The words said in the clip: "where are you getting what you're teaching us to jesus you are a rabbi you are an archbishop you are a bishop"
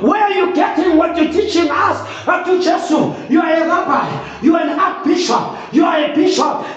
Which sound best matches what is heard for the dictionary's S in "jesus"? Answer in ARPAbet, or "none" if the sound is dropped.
none